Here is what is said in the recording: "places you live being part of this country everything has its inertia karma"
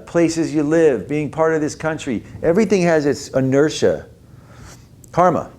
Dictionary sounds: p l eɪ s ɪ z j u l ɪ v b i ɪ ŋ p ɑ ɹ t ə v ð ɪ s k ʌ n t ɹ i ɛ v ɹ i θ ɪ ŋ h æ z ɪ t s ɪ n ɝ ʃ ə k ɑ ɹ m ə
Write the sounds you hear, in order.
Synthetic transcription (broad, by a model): p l eɪ s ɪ z j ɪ l ɪ v b i ɪ ŋ p ɑ ɹ t ə v ð ɪ s k ʌ n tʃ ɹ i ɛ v ɹ i θ ɪ ŋ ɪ z ɪ t s ɪ n ɝ ʃ ə k ɑ ɹ m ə